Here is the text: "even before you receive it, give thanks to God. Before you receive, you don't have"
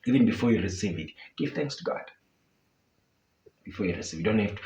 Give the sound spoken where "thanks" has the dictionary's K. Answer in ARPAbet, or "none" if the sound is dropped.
K